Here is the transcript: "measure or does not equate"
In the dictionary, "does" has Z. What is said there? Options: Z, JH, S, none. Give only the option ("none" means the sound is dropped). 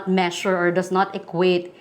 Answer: S